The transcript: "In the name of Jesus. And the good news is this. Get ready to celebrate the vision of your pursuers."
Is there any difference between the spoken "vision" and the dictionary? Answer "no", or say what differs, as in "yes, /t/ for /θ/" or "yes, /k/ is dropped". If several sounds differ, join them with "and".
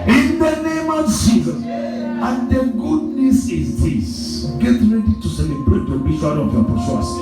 yes, /b/ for /v/ and /ʃ/ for /ʒ/